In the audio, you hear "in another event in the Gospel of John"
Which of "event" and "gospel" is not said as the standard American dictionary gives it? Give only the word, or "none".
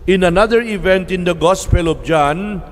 none